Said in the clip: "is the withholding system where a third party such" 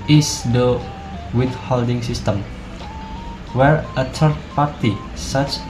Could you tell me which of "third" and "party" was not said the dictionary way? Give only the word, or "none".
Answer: third